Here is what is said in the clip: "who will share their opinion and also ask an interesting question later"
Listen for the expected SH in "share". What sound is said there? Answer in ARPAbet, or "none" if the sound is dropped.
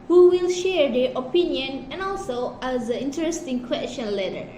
SH